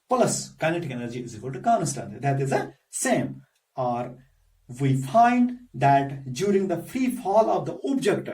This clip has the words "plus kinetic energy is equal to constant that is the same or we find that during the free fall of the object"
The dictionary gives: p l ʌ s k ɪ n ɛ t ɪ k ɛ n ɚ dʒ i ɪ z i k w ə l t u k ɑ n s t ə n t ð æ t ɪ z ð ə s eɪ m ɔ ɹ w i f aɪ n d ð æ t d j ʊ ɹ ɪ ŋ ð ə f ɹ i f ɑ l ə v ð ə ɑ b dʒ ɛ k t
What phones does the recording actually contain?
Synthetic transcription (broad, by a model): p l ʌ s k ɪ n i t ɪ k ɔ l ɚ dʒ i ɪ z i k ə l t u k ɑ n s t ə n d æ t ɪ z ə s eɪ m ɔ ɹ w i f aɪ n d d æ t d j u ɹ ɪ ŋ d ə f ɹ i f ɑ l ə v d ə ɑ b dʒ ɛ k t